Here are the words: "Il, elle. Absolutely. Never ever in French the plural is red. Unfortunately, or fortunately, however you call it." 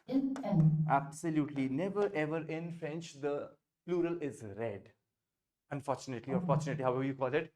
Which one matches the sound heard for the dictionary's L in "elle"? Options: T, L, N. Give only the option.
N